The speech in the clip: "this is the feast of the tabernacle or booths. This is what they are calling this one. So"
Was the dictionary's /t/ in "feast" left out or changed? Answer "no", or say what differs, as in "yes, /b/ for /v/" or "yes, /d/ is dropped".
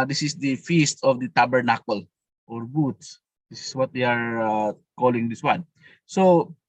no